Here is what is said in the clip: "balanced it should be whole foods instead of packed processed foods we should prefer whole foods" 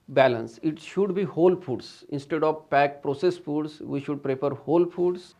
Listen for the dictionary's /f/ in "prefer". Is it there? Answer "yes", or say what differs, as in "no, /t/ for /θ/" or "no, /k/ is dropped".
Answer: no, /p/ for /f/